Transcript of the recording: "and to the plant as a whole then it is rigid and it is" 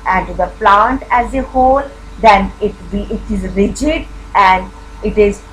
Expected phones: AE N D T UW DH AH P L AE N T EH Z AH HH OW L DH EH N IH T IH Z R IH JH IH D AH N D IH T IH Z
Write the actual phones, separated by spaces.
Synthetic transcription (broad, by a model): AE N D T UW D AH P L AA N T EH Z AH HH OW L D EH N IH T IH Z R IH JH IH D AH N D IH T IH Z